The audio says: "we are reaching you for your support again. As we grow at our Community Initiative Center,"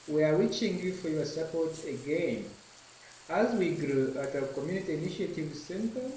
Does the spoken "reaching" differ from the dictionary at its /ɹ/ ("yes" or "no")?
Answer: yes